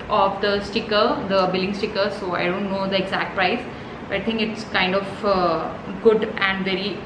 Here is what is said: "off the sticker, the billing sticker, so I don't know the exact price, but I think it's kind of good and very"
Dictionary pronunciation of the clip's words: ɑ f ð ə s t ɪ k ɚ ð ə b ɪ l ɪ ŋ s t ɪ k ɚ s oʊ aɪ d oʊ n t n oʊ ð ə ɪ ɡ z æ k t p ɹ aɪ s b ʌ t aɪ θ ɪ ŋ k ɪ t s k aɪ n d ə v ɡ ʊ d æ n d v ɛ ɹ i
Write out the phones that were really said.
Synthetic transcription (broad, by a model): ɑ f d ə s t ɪ k ɚ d ə b ɪ l ɪ ŋ s t ɪ k ɚ s oʊ aɪ d oʊ n t n oʊ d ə ɪ ɡ z æ k t p ɹ aɪ s b ʌ t aɪ t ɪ ŋ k ɪ t s k aɪ n d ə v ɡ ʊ d æ n d v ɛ ɹ i